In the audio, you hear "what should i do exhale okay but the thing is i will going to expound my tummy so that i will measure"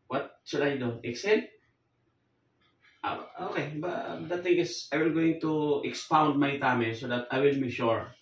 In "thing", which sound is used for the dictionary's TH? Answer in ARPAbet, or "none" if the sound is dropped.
T